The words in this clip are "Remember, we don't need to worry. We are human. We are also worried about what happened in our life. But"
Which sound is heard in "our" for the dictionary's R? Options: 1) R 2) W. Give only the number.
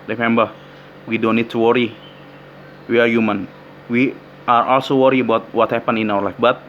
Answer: 2